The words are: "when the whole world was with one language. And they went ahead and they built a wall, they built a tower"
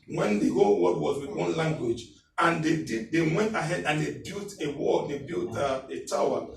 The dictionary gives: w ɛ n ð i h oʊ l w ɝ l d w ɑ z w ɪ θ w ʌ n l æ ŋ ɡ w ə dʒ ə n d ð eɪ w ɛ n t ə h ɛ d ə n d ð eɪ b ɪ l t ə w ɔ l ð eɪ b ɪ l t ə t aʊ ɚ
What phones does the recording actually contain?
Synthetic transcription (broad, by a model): w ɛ n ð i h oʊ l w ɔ d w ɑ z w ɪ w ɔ n l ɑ ŋ ɡ w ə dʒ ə n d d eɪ w ɛ n t ə h ɛ d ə n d eɪ b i l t ə w ɔ l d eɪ b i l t ə t aʊ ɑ